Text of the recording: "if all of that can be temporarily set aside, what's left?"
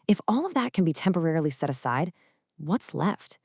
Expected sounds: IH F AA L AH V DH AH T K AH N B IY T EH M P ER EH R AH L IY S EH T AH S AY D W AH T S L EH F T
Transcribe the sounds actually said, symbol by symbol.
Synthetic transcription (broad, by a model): IH F AA L AH V DH AH T K N B IY T EH M P ER EH R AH L IY S EH T AH S AY D W AH T S L EH F T